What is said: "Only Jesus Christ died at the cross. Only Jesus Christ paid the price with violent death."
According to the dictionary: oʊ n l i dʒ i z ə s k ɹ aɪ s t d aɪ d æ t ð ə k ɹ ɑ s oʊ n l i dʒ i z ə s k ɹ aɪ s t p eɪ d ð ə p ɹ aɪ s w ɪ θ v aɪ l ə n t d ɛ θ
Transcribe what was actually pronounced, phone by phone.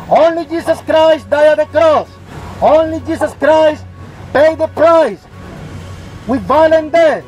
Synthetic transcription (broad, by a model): oʊ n l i dʒ i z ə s k ɹ aɪ s t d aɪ ʌ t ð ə k ɹ ɑ s oʊ n l i dʒ i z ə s k ɹ aɪ s t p eɪ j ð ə p ɹ aɪ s w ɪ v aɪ l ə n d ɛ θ